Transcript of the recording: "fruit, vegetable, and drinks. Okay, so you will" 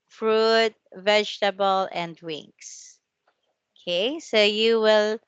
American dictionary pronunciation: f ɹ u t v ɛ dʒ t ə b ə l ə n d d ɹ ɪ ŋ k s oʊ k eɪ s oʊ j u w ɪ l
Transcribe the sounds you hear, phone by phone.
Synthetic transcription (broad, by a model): f ɹ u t v ɛ dʒ t ə b ə l ə n d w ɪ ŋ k s oʊ k eɪ s oʊ j u w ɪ l